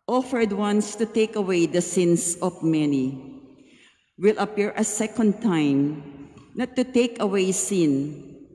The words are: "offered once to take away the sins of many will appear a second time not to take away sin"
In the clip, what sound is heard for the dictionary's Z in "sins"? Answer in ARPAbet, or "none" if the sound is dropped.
S